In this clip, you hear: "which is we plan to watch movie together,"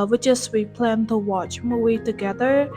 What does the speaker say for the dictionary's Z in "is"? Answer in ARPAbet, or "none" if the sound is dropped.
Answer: S